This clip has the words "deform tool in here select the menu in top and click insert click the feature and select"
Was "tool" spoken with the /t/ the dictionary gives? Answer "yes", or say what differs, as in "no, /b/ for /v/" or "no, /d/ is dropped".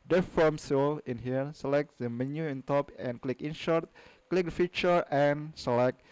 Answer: no, /s/ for /t/